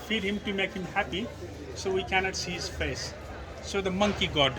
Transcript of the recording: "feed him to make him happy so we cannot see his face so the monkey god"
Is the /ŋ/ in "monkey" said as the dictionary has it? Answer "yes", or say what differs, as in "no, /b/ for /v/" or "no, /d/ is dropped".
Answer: yes